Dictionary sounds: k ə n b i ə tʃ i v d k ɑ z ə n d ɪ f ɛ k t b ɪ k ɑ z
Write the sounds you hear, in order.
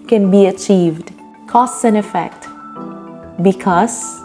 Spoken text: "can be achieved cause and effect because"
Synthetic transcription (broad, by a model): k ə n b i ə tʃ i v d k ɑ s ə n ɪ f ɛ k t b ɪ k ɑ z